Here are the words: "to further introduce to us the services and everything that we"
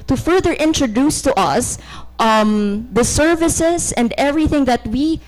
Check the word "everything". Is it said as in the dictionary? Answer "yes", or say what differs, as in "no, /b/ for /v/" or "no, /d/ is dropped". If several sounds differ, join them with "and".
yes